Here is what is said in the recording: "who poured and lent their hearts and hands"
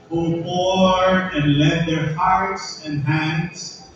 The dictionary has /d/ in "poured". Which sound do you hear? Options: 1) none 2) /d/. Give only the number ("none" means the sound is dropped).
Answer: 1